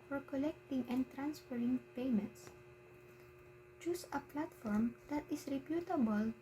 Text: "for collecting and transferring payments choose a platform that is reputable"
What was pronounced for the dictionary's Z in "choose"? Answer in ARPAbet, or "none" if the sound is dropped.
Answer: S